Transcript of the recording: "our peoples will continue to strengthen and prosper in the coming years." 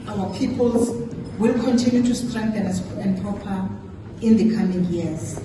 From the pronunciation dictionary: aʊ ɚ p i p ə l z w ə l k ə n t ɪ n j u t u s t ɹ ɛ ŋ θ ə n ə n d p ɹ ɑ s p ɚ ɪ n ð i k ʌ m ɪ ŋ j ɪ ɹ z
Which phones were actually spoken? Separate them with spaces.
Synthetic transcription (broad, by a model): aʊ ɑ p i p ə l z w ə l k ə n t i n j u t u s t ɹ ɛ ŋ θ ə n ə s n p ɹ ɑ p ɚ ɪ n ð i k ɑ m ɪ ŋ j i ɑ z